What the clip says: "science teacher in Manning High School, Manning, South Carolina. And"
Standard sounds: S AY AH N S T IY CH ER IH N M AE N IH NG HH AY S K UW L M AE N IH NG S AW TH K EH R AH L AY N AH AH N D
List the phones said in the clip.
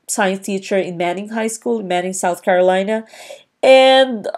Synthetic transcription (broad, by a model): S AY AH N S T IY CH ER IH N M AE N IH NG HH AY S K UW L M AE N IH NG S AW TH K EH R AH L AY N AH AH N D